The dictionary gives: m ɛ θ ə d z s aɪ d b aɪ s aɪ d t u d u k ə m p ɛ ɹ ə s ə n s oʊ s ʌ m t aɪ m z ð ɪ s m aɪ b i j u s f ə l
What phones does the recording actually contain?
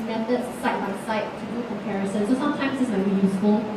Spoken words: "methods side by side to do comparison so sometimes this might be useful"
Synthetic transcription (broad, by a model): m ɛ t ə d s aɪ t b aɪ s aɪ t u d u k ə m p ɛ ɹ ə s ə n s oʊ s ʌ m t aɪ m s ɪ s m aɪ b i j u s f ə l